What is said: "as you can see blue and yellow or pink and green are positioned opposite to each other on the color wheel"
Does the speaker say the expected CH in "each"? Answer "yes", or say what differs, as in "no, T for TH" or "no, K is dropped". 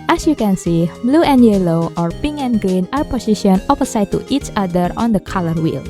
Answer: yes